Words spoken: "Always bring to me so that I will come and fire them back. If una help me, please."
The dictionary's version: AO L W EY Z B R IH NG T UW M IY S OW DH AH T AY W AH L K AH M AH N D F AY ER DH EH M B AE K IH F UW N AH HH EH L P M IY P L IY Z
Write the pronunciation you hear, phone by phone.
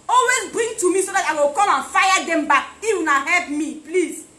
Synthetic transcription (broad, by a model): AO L W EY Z B R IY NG T UW M IY S OW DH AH T AY W AH L K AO M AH N F AY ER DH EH M B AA K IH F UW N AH HH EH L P M IY P L IY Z